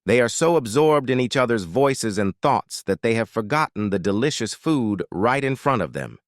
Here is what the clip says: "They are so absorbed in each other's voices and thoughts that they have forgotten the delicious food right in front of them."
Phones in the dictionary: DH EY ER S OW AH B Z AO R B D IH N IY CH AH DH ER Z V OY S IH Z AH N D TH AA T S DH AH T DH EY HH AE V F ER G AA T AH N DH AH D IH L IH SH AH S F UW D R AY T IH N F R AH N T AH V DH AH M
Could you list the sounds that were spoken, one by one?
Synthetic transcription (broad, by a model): DH EY ER S OW AH B Z AO R B D IH N IY CH AH DH ER Z V OY S IH Z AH N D TH AA T S DH AH T DH EY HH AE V F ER G AA T N DH AH D IH L IH SH AH S F UW D R AY T IH N F R AH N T AH V DH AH M